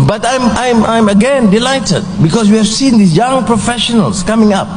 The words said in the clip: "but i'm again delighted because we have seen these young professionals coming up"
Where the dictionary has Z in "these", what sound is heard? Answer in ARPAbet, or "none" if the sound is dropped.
none